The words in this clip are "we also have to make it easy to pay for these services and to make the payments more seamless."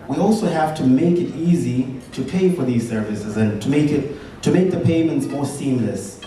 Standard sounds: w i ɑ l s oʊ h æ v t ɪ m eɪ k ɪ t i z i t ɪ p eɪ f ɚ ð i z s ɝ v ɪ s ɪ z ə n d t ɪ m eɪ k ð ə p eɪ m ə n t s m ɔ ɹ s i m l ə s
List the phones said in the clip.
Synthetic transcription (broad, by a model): w i ɑ l s oʊ h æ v t ɪ m eɪ k ɪ t i z i t ɪ p eɪ f ɚ ð i z s ɝ v ɪ s ɪ z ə n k t ɪ m eɪ k ð ə p eɪ m ə n t s m ɔ ɹ s i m l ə s